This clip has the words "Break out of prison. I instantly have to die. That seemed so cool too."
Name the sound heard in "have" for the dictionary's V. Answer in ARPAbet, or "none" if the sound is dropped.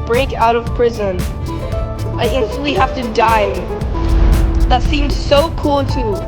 F